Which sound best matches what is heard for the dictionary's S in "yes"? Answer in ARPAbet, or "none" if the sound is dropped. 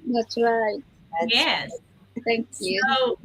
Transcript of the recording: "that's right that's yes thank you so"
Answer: none